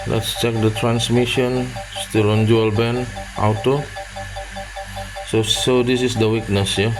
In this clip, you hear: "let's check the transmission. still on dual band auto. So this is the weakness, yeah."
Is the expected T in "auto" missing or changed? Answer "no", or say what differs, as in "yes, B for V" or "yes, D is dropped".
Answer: yes, S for T